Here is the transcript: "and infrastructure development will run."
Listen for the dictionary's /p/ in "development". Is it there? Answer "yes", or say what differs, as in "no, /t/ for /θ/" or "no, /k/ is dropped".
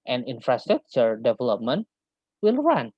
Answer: yes